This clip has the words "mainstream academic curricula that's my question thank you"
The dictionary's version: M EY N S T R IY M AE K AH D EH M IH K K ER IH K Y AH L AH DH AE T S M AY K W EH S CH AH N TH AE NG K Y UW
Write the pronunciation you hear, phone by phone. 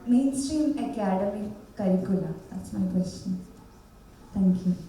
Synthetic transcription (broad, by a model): M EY N S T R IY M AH K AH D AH M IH K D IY K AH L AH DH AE T S M AY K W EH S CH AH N T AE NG K Y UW